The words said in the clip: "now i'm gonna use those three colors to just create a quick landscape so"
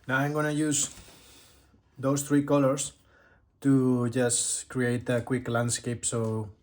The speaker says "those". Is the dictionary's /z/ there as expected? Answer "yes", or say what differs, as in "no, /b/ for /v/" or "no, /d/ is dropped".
no, /s/ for /z/